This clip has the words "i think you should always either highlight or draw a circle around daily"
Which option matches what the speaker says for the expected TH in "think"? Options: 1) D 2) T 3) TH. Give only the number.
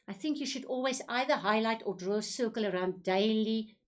3